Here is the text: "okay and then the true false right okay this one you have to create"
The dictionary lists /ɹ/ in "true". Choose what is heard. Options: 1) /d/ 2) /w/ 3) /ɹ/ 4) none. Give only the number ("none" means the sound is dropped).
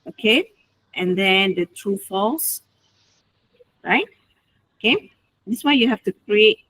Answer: 3